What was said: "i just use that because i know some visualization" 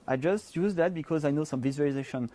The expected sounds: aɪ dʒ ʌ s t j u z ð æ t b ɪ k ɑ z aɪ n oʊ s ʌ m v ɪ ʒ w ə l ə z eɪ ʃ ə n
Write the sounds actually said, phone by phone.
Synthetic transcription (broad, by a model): aɪ dʒ ʌ s t j u z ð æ t b ɪ k ɑ z aɪ n oʊ s ʌ m v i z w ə l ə z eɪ ʃ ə n